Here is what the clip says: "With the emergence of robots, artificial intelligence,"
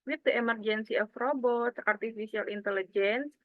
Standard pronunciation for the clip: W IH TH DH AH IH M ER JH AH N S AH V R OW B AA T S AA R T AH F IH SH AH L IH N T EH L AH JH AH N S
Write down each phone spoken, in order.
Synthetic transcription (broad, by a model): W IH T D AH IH M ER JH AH N S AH F R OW B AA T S AA R T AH F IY S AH L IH N T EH L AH JH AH N S